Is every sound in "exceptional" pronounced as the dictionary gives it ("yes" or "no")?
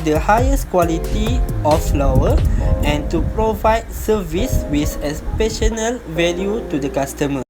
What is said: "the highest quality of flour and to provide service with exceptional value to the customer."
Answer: no